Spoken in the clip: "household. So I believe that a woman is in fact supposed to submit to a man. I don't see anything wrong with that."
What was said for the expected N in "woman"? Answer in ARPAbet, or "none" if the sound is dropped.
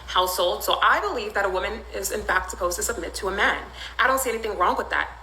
N